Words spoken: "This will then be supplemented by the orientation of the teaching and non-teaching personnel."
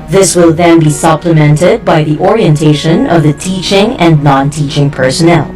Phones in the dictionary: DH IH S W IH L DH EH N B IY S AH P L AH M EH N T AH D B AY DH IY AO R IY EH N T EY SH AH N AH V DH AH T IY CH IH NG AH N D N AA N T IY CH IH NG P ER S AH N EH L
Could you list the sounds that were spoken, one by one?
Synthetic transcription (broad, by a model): DH IH S W IH L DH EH N B IY S AH P L AH M EH N T AH D B AY DH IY AO R IY EH N T EY SH AH N AH V DH AH T IY CH IH NG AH N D N AA N T IY CH IH NG P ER S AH N EH L